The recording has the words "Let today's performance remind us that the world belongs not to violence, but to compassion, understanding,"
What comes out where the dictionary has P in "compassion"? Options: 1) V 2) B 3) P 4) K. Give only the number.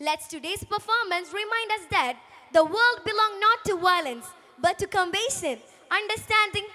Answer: 2